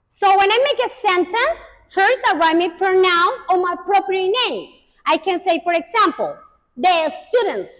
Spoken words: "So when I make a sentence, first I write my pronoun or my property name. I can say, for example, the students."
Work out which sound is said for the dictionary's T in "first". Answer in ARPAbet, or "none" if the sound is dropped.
none